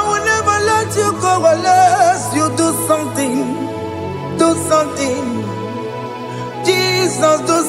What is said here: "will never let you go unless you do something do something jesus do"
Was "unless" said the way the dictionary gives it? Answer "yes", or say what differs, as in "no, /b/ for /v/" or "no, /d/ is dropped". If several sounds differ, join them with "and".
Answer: no, /n/ is dropped